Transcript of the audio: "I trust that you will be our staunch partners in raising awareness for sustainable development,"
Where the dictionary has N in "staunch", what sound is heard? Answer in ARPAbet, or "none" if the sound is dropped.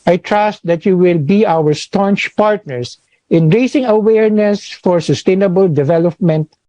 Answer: N